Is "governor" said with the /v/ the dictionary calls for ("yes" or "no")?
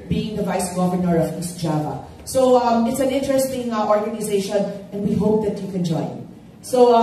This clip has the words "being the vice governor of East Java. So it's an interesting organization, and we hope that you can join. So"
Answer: yes